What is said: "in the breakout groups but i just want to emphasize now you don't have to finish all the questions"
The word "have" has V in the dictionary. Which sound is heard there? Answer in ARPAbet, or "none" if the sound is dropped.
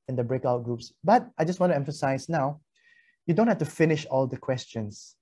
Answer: F